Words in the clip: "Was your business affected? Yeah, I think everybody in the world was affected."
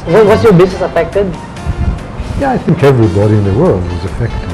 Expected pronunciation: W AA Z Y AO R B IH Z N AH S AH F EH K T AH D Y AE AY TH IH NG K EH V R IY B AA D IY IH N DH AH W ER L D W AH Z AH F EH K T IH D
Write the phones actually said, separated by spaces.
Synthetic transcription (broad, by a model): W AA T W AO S B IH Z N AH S AH F EH K T AH D Y AE AY TH IH NG K EH V R IY B AA D IY IH N DH AH W ER L D W AH Z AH F EH K T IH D